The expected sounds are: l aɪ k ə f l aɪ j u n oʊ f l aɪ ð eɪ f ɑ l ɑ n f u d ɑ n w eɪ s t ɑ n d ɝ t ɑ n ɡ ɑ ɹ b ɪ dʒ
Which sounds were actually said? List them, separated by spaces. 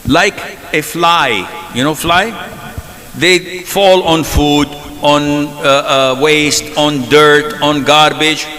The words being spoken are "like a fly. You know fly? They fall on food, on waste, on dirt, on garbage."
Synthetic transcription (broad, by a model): l aɪ k ə f l aɪ j u n oʊ f l aɪ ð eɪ f ɑ l ɑ n f u d ɑ n w eɪ s t ɑ n d ɝ t ɑ n ɡ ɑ ɹ b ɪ dʒ